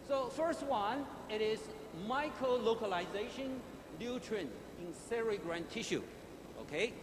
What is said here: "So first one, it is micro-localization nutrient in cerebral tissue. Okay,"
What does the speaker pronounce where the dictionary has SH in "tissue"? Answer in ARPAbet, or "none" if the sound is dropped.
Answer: SH